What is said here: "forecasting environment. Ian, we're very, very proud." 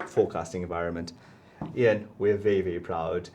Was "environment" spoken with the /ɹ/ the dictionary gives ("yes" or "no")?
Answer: yes